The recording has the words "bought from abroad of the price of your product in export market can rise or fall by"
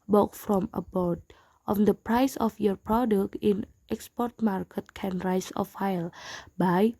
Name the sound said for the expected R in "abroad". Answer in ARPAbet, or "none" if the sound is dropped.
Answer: none